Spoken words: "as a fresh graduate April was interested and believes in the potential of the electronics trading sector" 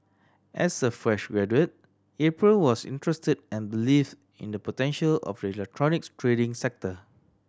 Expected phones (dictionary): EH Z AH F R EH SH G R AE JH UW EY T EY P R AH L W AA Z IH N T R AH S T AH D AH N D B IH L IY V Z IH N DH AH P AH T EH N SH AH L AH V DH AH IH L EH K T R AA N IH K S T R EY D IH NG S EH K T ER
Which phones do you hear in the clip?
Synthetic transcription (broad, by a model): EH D AH F R EH SH G R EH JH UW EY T EY P R AH L W AA S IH N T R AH S T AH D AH N B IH L IY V IH N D AH P AH T EH N SH AH L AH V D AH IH L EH K T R AA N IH K T R EY D IH NG S EH K T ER